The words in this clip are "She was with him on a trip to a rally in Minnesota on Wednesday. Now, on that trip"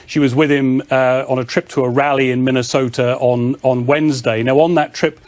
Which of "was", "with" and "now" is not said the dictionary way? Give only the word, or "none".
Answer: none